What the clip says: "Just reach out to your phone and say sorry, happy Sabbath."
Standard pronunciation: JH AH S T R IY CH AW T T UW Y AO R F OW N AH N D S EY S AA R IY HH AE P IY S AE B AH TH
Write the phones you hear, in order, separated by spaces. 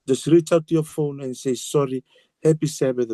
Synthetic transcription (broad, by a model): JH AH S T R IY CH AW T T UW Y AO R F OW N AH N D S EY S AA R IY HH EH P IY S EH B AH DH